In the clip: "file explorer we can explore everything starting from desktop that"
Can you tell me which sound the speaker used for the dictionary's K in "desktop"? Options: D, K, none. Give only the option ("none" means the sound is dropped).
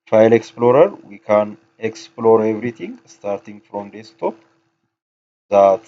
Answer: none